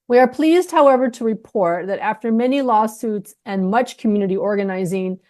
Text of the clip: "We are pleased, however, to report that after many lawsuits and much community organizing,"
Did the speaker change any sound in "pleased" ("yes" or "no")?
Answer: no